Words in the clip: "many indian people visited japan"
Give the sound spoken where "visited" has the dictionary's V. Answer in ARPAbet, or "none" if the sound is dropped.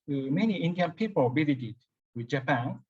B